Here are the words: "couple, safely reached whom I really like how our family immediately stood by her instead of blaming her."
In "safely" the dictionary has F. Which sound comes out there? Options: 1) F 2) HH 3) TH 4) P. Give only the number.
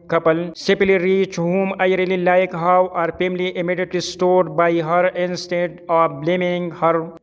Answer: 4